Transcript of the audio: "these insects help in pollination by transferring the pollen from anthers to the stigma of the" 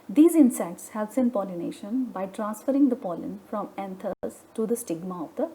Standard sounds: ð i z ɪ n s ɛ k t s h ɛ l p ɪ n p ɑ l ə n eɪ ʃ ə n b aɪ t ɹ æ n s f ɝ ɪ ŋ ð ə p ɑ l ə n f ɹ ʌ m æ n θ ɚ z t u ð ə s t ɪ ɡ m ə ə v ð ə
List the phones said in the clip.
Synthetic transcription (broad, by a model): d i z ɪ n s ɛ k t s h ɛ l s ɪ n p ɑ l ə n eɪ ʃ ə n b aɪ t ɹ æ n s f ɝ ɪ ŋ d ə p ɑ l ə n f ɹ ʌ m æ n t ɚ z t u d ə s t ɪ ɡ m ə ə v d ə